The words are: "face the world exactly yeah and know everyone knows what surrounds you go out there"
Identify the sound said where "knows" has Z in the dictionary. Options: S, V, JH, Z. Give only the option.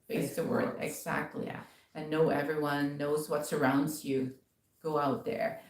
Z